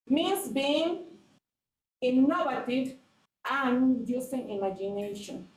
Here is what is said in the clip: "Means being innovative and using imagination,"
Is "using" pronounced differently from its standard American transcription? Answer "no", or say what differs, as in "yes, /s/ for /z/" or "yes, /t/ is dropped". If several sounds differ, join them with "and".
yes, /s/ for /z/